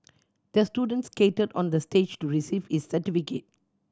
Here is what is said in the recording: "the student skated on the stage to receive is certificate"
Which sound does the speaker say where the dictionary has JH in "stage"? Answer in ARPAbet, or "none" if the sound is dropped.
JH